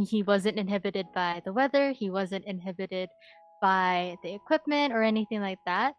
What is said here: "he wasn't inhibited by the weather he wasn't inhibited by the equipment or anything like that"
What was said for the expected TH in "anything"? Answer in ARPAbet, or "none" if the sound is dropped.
TH